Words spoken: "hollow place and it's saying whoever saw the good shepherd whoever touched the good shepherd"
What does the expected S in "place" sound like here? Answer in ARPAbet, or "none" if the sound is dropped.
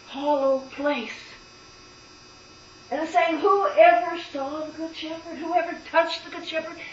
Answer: S